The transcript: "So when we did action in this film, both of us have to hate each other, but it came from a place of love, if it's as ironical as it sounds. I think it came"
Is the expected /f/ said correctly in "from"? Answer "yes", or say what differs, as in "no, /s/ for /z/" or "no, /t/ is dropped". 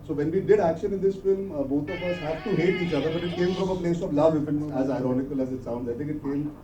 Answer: no, /p/ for /f/